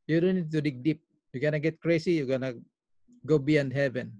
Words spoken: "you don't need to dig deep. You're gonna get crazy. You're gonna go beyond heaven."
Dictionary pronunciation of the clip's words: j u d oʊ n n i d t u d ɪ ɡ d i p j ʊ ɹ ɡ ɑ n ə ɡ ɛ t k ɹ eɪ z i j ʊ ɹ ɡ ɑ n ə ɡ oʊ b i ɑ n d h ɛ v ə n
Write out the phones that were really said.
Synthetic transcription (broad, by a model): j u d oʊ n n i d t u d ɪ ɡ d i p j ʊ ɡ ɑ n ə ɡ ɛ t k ɹ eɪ s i j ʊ ɡ ɑ n ə ɡ oʊ b i ɑ n d h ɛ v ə n